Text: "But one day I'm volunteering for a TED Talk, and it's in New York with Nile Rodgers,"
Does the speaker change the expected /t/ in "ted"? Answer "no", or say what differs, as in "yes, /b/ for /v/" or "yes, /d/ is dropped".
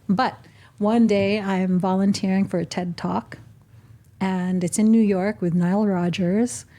no